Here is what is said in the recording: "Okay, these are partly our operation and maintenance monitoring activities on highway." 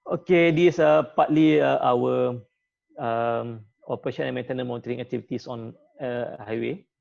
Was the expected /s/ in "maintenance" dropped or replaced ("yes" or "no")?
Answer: yes